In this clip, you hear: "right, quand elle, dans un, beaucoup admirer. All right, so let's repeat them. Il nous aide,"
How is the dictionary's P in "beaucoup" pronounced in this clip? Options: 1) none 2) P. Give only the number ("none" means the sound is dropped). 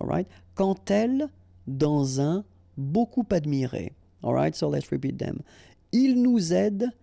2